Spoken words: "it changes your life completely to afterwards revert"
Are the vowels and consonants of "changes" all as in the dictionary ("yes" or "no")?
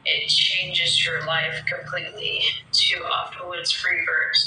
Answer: yes